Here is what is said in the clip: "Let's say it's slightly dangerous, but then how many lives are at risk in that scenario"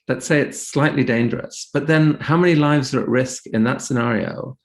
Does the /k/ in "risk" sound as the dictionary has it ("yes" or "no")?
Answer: yes